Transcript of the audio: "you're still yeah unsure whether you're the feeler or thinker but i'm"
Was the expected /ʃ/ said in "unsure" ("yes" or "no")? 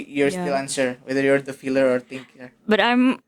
no